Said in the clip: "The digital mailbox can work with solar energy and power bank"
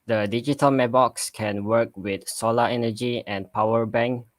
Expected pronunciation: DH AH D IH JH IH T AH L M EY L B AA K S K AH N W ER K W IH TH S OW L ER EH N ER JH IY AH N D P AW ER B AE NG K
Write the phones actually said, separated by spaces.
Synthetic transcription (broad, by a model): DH AH D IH JH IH T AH L M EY B AA K S K AH N W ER K W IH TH S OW L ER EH N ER JH IY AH N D P AW ER B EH NG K